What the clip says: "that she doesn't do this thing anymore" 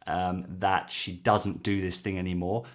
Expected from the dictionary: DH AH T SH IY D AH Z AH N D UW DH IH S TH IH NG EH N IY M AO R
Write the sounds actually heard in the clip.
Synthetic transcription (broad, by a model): DH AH T SH IY D AH Z AH N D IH DH IH S TH IH NG EH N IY M AO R